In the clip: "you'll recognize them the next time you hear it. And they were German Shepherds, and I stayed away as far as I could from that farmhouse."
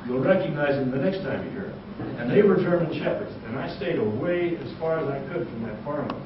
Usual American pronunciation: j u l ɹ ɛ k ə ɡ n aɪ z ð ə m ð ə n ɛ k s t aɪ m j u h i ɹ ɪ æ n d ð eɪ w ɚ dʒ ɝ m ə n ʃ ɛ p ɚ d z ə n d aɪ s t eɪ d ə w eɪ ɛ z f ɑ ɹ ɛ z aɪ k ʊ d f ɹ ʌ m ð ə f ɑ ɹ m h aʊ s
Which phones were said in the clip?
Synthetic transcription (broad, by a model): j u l ɹ ɛ k ə ɡ n aɪ z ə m ð ə n ɛ k s t aɪ m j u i ɹ ɪ n ð eɪ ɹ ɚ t ɝ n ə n ʃ ɛ p ɚ d z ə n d aɪ s t eɪ d ə w eɪ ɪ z f ɑ ɹ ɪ z aɪ k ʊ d f ɹ ʌ m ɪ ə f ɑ ɹ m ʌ